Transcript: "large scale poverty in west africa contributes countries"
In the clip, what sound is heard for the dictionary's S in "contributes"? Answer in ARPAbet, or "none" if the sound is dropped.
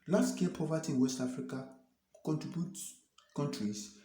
none